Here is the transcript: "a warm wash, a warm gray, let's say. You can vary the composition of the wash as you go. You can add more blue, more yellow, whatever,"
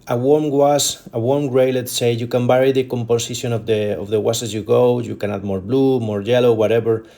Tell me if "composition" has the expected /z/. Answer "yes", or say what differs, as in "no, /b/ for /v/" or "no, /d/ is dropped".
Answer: no, /s/ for /z/